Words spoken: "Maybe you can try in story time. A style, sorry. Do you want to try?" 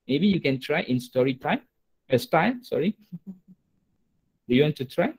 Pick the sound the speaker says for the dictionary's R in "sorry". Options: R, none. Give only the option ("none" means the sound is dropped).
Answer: R